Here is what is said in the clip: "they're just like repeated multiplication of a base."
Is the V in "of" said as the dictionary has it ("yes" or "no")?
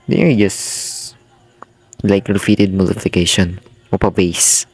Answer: no